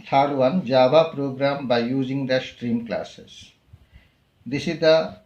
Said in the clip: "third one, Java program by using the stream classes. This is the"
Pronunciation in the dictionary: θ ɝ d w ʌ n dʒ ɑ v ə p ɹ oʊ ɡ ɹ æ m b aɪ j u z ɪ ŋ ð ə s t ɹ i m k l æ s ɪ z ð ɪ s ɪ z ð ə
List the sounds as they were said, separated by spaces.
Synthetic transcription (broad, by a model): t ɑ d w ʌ n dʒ ɑ b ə p ɹ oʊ ɡ ɹ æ m b aɪ j u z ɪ ŋ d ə s t ɹ i m k l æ s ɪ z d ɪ s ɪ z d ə